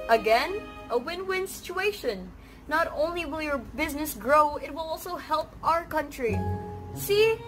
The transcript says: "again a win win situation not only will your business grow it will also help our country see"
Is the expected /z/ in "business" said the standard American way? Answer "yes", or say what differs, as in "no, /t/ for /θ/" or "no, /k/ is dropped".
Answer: yes